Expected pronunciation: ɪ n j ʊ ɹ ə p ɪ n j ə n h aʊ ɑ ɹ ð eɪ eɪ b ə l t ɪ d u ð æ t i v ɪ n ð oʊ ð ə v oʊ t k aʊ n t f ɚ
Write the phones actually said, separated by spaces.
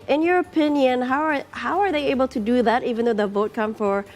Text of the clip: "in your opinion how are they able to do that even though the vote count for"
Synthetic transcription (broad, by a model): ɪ n j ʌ ɹ ə p ɪ n j ə n h aʊ ɑ ɹ ð eɪ eɪ b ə l t ɪ d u ð æ t i v ɪ n ð oʊ ð ə v oʊ t k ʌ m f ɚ